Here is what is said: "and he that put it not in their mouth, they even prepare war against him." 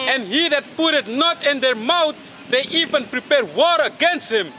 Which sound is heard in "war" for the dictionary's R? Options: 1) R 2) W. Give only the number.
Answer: 1